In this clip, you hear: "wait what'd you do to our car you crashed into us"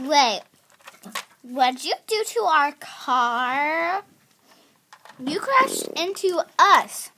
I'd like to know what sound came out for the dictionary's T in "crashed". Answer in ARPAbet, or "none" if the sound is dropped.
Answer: none